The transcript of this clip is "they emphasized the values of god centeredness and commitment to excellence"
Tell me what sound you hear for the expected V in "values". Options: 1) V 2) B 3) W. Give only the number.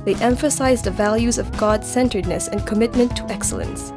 1